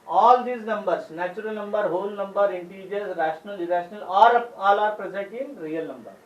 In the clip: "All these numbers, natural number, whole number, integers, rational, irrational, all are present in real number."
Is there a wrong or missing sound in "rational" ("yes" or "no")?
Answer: no